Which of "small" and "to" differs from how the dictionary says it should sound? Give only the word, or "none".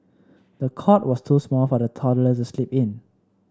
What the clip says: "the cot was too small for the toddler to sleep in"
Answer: to